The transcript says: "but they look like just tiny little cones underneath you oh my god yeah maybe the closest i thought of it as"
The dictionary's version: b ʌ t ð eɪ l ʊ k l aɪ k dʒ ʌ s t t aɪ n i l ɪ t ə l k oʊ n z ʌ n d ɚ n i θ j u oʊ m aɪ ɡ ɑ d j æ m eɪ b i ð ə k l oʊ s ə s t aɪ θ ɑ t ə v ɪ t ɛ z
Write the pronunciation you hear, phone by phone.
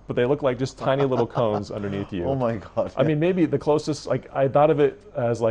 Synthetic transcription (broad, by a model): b ʌ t ð eɪ l ʊ k l aɪ k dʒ ʌ s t t aɪ n i l ɪ t l k oʊ n z ʌ n d ɚ n i θ j u oʊ m aɪ ɡ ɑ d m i m eɪ b i ð ə k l oʊ s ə s t aɪ θ ɑ t ə v ɪ t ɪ z